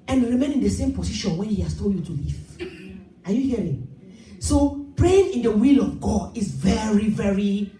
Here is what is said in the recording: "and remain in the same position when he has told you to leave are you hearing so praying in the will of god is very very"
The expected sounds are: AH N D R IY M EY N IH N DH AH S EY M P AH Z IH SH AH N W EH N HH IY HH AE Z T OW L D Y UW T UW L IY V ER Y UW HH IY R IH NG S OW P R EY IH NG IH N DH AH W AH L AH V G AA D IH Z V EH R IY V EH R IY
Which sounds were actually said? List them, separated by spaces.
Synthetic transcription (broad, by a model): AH N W R IY M EY N IH N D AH S EY M P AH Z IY SH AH N W EH N HH IY HH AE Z T OW L D Y UW T UW L IY V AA Y UW HH IY R IH NG S OW P R EY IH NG IH N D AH W AH L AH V G AA D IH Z V EH R IY V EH R IY